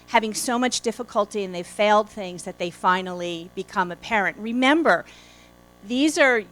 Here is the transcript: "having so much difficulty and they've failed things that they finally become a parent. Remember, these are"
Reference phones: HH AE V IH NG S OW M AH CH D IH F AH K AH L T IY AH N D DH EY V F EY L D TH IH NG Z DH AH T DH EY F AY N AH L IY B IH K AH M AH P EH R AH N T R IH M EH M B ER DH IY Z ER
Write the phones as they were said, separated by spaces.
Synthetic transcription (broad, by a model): HH AE V IH NG S OW M AH CH D IH F AH K AH L T IY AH N DH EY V F EY L D TH IH NG Z DH AH T DH EY F AY N L IY B IH K AH M AH P EH R AH N T R IH M EH M B ER DH IY Z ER